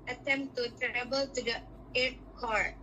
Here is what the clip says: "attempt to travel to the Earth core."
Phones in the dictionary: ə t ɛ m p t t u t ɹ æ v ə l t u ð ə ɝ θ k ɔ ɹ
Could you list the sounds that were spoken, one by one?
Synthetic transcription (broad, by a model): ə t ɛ m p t t u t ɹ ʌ b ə l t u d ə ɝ t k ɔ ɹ